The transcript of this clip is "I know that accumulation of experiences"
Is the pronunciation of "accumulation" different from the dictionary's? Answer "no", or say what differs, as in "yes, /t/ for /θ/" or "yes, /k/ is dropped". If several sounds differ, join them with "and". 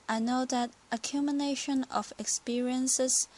yes, /n/ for /l/